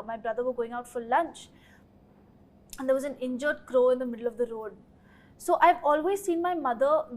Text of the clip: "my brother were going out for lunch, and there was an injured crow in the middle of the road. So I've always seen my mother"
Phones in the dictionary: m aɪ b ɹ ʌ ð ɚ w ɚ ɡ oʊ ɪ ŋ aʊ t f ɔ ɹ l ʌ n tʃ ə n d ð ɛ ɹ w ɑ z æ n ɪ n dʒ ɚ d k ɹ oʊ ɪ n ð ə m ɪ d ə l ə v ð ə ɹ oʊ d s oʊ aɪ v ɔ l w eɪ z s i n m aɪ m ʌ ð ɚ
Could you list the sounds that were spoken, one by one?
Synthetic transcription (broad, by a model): m aɪ b ɹ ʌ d ɚ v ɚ ɡ oʊ ɪ ŋ aʊ t f ɔ ɹ l ʌ n tʃ ə n d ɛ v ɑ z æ n ɪ n dʒ ɚ d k ɹ oʊ ɪ n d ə m ɪ d ə l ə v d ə ɹ oʊ d s oʊ aɪ v ɔ l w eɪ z s i n m aɪ m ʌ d ɚ